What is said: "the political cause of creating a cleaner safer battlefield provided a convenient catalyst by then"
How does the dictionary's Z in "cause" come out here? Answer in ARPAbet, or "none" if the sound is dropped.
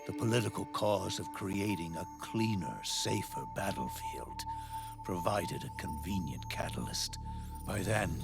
Z